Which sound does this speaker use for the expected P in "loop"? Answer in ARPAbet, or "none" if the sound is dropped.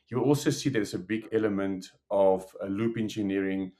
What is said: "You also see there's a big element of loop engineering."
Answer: P